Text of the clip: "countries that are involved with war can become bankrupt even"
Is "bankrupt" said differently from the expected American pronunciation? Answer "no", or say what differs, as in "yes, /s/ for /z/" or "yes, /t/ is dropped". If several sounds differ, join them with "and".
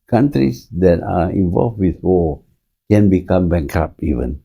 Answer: yes, /t/ is dropped